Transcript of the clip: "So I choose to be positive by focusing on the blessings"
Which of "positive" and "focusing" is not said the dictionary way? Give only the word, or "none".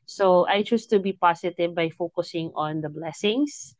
positive